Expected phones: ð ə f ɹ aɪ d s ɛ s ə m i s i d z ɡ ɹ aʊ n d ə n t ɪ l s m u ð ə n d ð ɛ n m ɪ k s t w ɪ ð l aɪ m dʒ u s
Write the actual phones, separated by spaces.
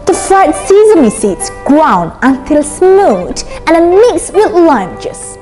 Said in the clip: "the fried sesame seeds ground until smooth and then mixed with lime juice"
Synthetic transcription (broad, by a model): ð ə f ɹ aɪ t s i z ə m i s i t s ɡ ɹ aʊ n ə n t ɪ l s m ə l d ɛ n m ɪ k s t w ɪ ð l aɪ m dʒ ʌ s